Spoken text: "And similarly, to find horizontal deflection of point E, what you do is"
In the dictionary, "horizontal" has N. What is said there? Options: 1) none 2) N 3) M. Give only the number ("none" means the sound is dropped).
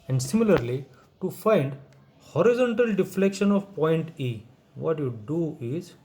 2